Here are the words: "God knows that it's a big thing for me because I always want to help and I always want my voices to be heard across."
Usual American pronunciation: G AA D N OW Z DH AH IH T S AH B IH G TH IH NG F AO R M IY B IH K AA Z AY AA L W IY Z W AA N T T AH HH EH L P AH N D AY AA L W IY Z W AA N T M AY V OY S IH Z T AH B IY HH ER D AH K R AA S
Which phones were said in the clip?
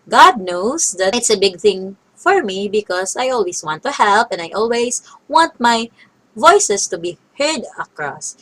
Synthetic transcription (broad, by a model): G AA D N OW S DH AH IH T S AH B IH G TH IH NG F AO R M IY B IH K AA S AY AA L W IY S W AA N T T AH HH EH L P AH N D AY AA L W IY S W AA N T M AY V OY S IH S T AH B IY HH ER D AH K R AA S